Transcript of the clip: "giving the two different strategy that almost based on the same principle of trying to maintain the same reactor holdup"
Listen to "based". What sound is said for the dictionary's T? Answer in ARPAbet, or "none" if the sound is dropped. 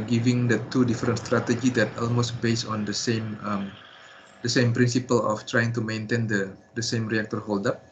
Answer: none